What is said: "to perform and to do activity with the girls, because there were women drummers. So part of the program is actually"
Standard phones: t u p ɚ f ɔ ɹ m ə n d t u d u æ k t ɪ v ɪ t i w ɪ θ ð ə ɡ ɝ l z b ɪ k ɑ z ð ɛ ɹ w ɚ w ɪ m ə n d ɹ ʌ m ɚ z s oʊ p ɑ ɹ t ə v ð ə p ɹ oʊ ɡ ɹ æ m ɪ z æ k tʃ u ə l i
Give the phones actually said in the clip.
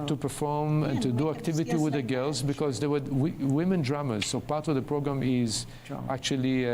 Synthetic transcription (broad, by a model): t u p ɚ f ɔ ɹ m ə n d t u d u æ k t ɪ v ɪ t i w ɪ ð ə ɡ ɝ l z b ɪ k ɑ z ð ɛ w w w ɪ m ə n d ɹ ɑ m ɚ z s oʊ p ɑ ɹ t ə v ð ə p ɹ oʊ ɡ ɹ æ m ɪ z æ k tʃ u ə l i